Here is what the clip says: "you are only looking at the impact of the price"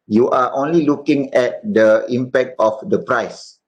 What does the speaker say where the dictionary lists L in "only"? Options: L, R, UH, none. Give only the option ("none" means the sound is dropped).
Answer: L